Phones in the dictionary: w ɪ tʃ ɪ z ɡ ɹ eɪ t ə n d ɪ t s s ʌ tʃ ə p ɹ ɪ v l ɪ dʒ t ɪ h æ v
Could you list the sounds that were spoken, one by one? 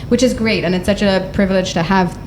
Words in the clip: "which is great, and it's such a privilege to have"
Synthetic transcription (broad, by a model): w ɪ tʃ ɪ z ɡ ɹ eɪ t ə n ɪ t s s ʌ tʃ ə p ɹ ɪ v l ɪ dʒ t ɪ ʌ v